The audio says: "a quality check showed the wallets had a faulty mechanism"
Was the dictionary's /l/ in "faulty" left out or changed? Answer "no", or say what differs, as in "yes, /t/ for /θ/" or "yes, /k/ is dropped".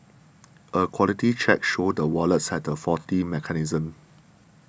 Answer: yes, /l/ is dropped